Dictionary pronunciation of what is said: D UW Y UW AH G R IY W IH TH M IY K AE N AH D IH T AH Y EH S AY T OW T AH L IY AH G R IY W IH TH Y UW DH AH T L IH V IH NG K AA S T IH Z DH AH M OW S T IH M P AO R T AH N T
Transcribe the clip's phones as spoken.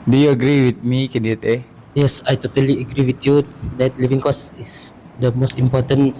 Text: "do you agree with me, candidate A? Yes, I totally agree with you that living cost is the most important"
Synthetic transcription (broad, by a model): D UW Y UW AH G R IY W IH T M IY K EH N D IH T AH Y EH S AY T OW T AH L IY AH G R IY W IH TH Y UW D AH T L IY V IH NG K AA S IH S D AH M OW S T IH M P AO T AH N